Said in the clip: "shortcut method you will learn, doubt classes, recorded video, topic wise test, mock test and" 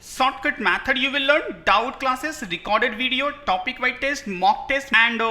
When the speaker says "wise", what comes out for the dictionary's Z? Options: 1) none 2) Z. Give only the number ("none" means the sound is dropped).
1